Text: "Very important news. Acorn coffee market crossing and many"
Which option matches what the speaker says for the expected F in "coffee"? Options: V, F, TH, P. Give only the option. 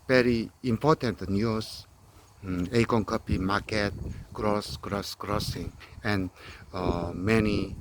P